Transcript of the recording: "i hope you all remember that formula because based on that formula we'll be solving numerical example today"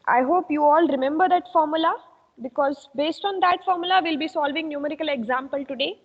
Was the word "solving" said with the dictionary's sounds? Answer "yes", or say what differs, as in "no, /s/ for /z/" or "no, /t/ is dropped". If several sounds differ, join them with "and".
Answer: yes